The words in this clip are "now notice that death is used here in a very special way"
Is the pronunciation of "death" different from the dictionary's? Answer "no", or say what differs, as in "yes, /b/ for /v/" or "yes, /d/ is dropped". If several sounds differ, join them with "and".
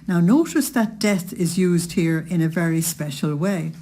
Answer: no